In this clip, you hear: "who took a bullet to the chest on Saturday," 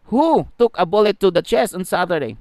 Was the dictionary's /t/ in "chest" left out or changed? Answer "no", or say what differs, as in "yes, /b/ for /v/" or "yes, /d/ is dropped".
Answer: yes, /t/ is dropped